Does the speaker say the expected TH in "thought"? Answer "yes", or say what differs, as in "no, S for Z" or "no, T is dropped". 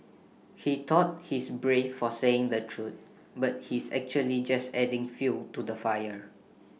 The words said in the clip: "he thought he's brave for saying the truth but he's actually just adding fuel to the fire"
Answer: no, T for TH